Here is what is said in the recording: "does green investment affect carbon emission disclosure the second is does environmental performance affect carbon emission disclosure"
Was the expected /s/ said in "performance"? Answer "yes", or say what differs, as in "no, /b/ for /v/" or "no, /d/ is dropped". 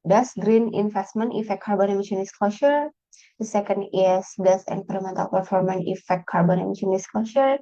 no, /s/ is dropped